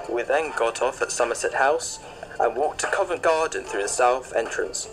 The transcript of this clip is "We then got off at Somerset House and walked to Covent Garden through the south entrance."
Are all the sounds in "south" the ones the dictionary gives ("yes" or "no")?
yes